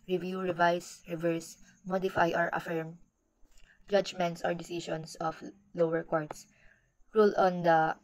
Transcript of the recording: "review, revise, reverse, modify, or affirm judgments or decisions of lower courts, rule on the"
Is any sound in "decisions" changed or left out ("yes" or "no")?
yes